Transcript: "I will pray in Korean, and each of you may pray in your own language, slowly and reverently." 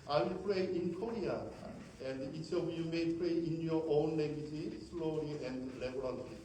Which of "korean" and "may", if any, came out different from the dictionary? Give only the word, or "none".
korean